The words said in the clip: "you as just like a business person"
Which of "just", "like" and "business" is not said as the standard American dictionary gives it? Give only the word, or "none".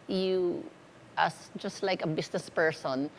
business